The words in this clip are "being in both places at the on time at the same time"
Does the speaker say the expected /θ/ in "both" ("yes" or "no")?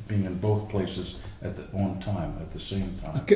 yes